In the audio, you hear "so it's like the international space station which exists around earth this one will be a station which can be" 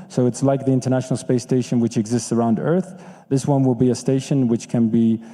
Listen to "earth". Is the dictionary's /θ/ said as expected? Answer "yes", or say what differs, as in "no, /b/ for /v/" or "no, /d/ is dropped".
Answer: yes